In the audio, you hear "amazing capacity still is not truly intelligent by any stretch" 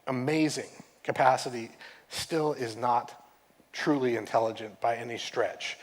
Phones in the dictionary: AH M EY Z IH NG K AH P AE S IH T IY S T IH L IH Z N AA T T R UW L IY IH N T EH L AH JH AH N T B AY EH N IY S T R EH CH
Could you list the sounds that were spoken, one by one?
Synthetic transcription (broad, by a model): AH M EY Z IH NG K AH P AE S IH T IY S T IH L IH Z N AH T T R UW L IY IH N T EH L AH JH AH N B AY EH N IY S T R EH CH